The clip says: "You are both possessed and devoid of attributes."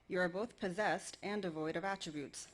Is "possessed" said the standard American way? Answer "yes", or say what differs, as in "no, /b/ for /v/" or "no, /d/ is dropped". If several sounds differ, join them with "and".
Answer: yes